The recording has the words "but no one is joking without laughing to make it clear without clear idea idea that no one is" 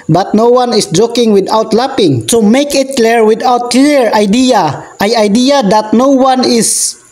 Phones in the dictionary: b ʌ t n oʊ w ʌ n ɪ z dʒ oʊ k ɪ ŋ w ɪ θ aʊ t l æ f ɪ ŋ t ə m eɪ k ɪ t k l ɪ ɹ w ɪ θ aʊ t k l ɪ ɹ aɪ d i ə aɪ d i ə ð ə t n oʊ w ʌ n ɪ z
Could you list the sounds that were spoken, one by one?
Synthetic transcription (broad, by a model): b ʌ t n oʊ w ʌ n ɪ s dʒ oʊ k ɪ ŋ w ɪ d aʊ t l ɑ p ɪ ŋ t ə m eɪ k ɪ t k l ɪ ɹ w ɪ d aʊ t k l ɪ ɹ aɪ d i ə aɪ d i ə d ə t n oʊ w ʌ n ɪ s